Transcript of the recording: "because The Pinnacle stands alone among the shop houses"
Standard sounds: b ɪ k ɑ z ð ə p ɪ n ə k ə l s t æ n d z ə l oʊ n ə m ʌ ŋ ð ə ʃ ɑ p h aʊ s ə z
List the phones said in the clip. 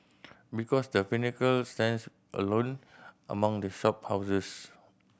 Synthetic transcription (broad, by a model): b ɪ k ɑ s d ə f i n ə k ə l s t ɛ n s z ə l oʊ n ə m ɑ ŋ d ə ʃ ɑ p h aʊ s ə s